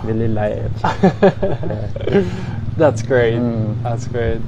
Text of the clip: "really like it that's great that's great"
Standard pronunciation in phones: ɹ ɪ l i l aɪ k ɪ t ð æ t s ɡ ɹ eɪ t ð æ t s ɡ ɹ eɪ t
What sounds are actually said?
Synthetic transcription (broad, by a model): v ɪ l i l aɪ ɪ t ð æ t s ɡ ɹ eɪ t ð æ t s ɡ ɹ eɪ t